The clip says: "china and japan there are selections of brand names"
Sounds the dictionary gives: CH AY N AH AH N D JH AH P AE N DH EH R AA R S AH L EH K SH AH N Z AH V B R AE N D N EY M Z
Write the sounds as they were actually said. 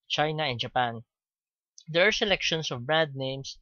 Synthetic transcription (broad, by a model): CH AY N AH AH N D JH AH P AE N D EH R AA R S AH L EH K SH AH N S AH V B R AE N D N EY M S